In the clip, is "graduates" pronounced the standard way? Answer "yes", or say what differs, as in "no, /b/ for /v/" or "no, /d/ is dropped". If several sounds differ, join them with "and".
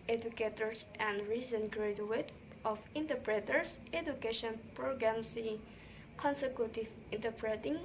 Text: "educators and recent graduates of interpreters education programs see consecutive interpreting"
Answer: no, /s/ is dropped